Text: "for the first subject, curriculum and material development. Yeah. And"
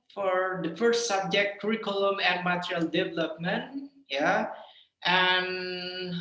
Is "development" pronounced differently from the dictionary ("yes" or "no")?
no